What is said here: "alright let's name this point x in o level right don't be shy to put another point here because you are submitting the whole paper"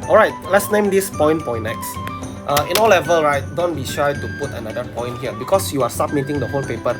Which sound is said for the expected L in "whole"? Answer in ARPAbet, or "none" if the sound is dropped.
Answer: N